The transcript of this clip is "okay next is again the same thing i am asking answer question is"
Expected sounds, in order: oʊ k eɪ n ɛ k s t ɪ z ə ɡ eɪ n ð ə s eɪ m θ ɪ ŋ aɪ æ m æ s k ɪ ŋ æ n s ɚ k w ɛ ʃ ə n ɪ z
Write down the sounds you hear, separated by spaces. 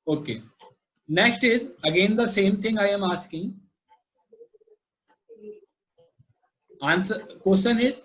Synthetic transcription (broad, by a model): oʊ k eɪ n ɛ k s t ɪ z ə ɡ eɪ n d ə s eɪ m t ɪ ŋ aɪ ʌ m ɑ s k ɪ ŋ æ n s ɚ k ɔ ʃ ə n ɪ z